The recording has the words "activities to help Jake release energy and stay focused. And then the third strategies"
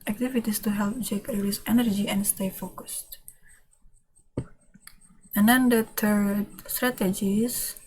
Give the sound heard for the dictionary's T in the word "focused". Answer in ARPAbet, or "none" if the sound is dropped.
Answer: T